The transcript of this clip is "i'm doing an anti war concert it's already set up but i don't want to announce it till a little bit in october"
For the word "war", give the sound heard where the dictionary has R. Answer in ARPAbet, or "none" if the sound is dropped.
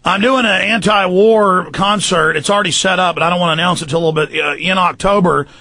R